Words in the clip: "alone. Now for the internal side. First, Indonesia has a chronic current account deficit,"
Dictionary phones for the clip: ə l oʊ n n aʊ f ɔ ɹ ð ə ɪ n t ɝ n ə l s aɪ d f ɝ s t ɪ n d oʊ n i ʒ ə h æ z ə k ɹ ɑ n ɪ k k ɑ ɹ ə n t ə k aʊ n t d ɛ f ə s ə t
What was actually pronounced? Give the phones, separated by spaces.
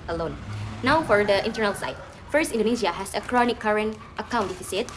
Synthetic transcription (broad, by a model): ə l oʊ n n aʊ f ɔ ɹ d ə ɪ n t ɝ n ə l s aɪ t f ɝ s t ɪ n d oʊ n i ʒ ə h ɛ s ə k ɹ ɑ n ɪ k k ɑ ɹ ə n t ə k aʊ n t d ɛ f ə s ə t